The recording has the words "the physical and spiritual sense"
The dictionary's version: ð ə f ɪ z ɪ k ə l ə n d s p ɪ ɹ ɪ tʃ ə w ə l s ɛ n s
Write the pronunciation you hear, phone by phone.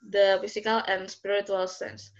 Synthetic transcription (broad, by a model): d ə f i s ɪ k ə l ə n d s p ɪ ɹ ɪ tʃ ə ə l s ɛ n s